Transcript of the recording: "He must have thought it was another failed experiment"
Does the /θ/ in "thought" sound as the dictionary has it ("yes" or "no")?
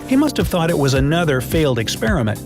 yes